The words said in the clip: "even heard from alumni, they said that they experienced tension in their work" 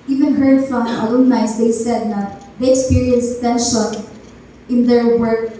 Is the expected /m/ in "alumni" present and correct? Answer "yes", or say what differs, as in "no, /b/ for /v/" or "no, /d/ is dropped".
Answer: no, /m/ is dropped